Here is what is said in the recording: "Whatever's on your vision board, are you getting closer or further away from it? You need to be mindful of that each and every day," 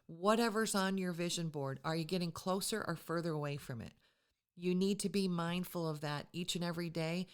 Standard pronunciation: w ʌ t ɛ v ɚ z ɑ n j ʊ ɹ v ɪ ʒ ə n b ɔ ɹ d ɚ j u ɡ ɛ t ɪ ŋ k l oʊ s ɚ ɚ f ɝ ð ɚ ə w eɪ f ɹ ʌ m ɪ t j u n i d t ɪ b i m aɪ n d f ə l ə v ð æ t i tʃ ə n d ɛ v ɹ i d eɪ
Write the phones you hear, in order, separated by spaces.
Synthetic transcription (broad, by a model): w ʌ t ɛ v ɚ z n j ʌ ɹ v ɪ ʒ ə n b ɔ ɹ d ɚ j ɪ ɡ ɛ t ɪ ŋ k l oʊ s ɚ ɚ f ɝ ð ɚ ə w eɪ f ɹ ʌ m ɪ t j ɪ n i d t ɪ b i m aɪ n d f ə l ə v ð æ t i tʃ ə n ɛ v ɹ i d eɪ